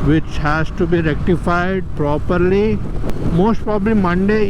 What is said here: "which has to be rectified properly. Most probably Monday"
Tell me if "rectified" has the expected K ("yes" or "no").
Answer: yes